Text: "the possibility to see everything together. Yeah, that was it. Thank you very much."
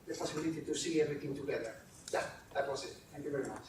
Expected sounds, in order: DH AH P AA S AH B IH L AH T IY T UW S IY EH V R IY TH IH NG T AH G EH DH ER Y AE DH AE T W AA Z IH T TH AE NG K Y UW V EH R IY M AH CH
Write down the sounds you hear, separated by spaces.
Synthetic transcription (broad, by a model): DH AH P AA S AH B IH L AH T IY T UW S IY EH R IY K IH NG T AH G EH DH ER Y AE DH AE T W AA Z IH T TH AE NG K Y UW V EH R IY M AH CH